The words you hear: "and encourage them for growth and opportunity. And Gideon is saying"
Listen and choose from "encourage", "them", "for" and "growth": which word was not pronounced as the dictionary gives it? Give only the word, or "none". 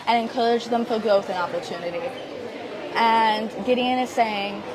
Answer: none